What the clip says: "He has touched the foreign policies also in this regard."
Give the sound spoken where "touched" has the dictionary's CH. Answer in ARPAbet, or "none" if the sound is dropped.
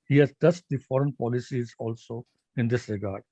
S